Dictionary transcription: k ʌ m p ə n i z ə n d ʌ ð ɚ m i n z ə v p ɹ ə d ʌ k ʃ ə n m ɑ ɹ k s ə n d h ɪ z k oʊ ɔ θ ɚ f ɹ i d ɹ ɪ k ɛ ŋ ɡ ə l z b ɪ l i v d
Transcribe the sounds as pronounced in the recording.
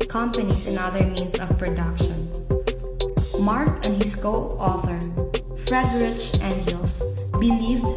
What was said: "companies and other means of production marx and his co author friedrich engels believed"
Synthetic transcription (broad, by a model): k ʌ m p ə n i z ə n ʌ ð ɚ m i n s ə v p ɹ ə d ʌ k ʃ ə n m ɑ ɹ k ə n d h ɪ s k oʊ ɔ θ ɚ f ɹ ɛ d ɹ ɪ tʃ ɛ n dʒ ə l s b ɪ l i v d